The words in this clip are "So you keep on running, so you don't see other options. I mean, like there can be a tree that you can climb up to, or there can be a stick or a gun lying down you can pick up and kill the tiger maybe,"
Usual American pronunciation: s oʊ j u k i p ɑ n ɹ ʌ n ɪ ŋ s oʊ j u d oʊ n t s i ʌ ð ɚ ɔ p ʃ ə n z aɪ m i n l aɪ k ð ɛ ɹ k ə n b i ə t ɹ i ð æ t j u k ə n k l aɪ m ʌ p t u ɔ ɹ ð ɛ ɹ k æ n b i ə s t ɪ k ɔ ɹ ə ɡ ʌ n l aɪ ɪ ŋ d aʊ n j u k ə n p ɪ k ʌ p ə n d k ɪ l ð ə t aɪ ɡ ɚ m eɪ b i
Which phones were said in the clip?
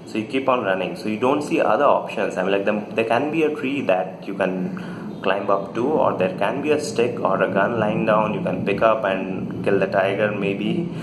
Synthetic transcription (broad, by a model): s oʊ j u k i p ɑ n ɹ ʌ n ɪ ŋ s oʊ j u d oʊ n t s i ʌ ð ɚ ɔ p ʃ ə n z aɪ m l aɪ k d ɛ ɹ k ə n b i ə t ɹ i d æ t j u k ə n k l aɪ m ʌ p t u ɔ ɹ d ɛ ɹ k æ n b i ə s t ɪ k ɔ ɹ ə ɡ ʌ n l aɪ ɪ ŋ d aʊ n j u k ə n p ɪ k ʌ p ə n d k ɪ l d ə t aɪ ɡ ɚ m eɪ b i